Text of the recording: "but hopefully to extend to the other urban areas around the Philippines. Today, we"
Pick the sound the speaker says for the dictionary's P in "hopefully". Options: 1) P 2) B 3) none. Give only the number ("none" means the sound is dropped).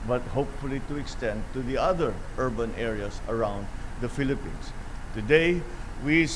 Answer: 1